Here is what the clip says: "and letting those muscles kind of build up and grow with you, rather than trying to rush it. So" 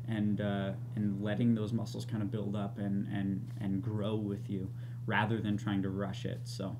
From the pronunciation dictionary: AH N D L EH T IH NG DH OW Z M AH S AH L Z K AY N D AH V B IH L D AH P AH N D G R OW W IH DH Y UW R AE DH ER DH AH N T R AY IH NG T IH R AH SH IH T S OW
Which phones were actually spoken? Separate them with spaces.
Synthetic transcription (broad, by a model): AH N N L EH T IH NG DH OW Z M AH S L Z K AY N D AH B IH L D AH P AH N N G R OW W IH DH Y UW R AE DH ER DH AH N T R AY IH NG T IH R AH SH IH T S OW